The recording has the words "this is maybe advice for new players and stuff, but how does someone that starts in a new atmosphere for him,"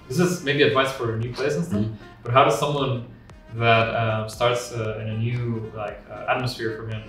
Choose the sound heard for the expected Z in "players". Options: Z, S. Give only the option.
S